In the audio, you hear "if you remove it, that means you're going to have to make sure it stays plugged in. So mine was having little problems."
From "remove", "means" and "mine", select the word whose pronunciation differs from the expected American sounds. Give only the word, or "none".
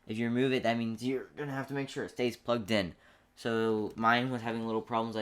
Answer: none